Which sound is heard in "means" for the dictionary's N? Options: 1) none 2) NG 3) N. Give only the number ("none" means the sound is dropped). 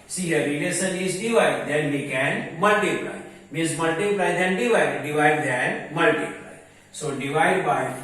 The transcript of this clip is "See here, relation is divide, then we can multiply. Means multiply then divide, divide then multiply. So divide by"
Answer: 1